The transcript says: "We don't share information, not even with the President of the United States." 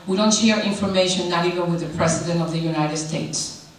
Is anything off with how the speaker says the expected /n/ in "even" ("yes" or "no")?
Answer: yes